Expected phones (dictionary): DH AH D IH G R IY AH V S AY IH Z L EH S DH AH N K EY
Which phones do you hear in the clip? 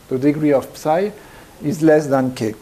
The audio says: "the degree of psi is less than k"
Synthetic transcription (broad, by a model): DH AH D IH G R IY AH P S AY IH Z L EH S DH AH N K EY